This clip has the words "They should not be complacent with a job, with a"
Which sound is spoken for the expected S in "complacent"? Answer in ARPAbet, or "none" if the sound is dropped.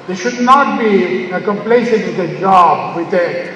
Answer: SH